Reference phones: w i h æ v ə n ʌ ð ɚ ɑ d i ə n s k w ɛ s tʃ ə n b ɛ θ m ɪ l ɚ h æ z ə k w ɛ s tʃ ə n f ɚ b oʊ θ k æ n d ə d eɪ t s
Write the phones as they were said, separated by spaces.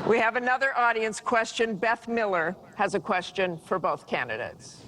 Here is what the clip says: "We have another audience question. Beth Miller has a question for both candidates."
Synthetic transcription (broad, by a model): w i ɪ v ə n ʌ ð ɚ ɑ d i ə n s k w ɛ s tʃ ə n b ɛ θ m ɪ l ɚ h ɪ z ə k w ɛ s tʃ ə n f ɚ b oʊ θ k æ n d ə d eɪ t s